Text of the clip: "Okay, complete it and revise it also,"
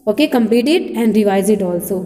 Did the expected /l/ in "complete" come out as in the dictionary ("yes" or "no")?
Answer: no